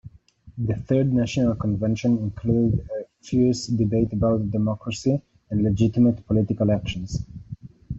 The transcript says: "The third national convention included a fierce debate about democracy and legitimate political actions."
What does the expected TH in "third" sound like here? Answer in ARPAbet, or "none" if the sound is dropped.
TH